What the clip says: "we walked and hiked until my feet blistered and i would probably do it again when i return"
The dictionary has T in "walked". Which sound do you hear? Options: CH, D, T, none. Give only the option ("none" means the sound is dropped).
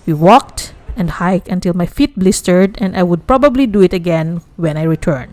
T